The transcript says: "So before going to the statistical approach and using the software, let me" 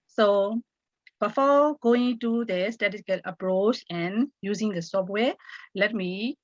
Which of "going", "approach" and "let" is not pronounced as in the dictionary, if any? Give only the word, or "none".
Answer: none